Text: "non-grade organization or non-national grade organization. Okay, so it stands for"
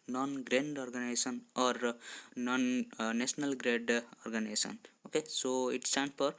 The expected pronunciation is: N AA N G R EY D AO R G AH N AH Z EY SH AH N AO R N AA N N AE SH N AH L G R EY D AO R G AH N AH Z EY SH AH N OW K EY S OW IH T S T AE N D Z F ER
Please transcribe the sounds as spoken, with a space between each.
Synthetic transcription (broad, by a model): N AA N G R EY D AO R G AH N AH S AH N AO R N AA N N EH S N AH L G R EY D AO R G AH N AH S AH N OW K EY S OW IH T S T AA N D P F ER